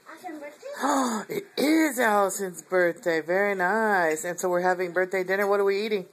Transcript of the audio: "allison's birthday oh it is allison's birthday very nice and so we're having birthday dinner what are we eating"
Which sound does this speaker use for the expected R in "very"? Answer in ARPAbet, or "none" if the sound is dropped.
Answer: R